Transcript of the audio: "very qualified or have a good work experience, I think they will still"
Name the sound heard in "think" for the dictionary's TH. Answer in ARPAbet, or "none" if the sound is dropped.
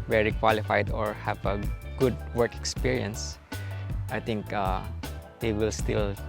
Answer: T